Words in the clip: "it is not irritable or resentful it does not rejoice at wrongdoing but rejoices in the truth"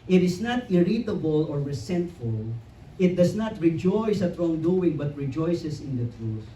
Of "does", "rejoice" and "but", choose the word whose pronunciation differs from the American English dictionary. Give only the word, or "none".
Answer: does